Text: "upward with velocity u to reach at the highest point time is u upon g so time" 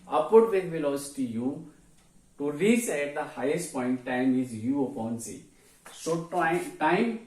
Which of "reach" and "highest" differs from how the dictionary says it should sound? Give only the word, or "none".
reach